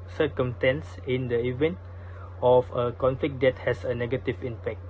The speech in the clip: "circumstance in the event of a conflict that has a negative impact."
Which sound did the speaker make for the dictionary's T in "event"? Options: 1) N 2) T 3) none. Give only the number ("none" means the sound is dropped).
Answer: 2